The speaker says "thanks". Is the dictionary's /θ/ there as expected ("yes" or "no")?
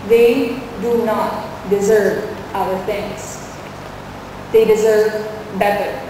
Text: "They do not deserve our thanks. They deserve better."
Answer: no